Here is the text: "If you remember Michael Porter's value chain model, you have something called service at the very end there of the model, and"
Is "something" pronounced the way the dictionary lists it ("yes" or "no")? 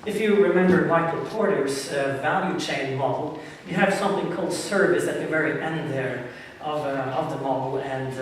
yes